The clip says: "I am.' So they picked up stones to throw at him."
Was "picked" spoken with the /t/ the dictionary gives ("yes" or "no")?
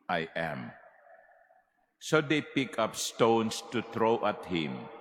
no